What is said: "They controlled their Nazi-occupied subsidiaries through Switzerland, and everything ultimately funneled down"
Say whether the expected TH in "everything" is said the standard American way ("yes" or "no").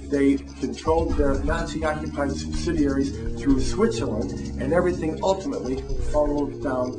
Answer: yes